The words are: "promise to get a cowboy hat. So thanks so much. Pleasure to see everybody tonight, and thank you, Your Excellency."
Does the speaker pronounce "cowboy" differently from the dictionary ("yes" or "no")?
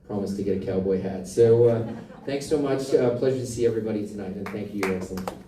no